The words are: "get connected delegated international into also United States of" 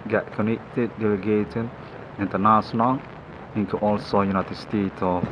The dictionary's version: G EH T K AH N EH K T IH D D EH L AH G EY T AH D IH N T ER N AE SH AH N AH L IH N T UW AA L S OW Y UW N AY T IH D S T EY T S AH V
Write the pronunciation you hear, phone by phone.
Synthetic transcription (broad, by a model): G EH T K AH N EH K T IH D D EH L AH G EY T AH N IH N T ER N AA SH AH N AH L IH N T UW AA L S OW Y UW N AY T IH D S T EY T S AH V